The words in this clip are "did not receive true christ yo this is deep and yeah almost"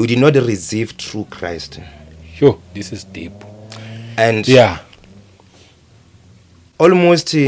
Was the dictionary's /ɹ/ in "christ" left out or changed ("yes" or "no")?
no